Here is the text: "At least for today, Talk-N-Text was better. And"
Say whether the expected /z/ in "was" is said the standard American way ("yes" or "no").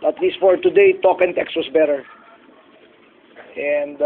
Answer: no